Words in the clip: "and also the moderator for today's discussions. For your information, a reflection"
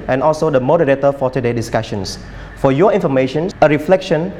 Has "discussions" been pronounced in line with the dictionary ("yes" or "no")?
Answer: no